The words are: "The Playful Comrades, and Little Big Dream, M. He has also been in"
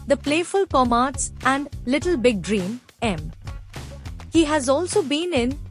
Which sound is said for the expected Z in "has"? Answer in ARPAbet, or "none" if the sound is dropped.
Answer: Z